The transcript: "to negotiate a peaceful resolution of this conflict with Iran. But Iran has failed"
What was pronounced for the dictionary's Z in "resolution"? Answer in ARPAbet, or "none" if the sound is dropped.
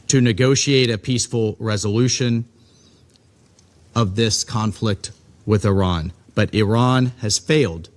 Z